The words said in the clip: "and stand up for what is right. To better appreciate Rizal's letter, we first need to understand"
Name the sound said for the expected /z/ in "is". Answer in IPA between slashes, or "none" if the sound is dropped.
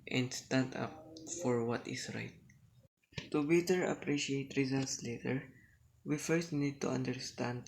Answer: /s/